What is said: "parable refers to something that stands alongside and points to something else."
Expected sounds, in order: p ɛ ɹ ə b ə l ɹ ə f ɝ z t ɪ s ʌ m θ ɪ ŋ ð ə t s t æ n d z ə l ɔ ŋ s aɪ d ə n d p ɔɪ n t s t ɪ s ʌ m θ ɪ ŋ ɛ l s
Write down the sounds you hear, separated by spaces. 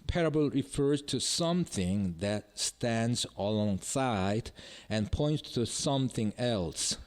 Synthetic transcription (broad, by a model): p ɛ ɹ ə b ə l ɹ ə f ɝ z t ɪ s ʌ m θ ɪ ŋ ð ə t s t æ n d z ə l ɔ ŋ s aɪ d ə n p ɔɪ n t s t ɪ s ʌ m θ ɪ ŋ ɛ l s